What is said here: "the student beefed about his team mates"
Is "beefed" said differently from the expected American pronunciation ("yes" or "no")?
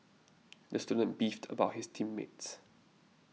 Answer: no